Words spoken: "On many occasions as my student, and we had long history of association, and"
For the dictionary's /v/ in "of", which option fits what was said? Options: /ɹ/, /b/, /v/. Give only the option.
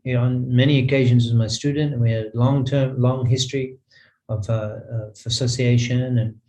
/v/